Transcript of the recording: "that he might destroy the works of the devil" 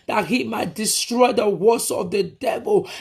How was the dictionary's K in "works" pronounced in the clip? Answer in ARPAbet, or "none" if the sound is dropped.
none